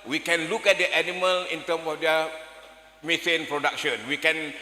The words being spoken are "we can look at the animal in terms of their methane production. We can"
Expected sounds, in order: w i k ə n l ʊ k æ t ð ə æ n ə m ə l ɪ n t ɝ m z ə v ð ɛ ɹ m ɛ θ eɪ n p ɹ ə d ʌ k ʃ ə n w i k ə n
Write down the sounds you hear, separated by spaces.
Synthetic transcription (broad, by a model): w i k ə n l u k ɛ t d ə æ n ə m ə l ɪ n t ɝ m s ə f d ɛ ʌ m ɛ s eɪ n p ɹ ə d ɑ k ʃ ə n w i k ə n